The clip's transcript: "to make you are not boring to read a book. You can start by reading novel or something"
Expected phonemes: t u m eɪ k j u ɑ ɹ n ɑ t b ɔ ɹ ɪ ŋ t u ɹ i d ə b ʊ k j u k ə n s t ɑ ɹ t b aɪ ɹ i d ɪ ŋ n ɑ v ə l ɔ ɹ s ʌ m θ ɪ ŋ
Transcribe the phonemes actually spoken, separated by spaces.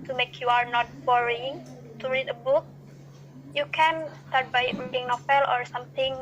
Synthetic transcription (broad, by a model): t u m eɪ k j u ɑ ɹ n ɑ t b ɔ ɹ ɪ ŋ t u ɹ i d ə b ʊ k j u k ə n s t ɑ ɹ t b aɪ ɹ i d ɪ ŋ n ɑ f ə l ɔ ɹ s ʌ m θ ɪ ŋ